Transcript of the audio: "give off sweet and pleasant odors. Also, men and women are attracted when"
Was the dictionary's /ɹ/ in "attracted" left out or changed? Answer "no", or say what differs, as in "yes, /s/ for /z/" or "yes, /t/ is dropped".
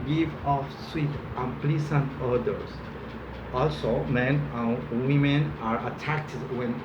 yes, /ɹ/ is dropped